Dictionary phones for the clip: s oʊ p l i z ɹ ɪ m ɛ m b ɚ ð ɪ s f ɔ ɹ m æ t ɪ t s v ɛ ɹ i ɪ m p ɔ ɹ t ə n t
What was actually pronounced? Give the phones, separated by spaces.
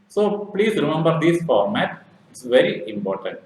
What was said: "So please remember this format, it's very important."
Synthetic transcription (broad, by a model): s oʊ p l i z ɹ ɪ m ɛ m b ɚ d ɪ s f ɔ ɹ m æ t ɪ t s v ɛ ɹ i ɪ m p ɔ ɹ t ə n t